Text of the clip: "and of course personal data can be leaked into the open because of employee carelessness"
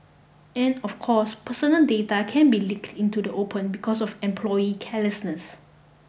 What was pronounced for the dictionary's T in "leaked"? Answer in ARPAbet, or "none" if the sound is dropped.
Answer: T